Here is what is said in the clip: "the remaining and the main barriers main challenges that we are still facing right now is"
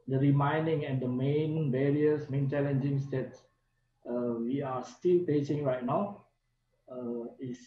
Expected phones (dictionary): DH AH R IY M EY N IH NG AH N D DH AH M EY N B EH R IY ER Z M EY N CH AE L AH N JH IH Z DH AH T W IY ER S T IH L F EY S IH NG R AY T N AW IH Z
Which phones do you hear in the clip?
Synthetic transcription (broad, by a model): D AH R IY M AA N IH NG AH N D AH M EY N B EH R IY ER S M EY N CH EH L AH N JH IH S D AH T W IY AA S T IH L P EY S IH NG R AY T N AW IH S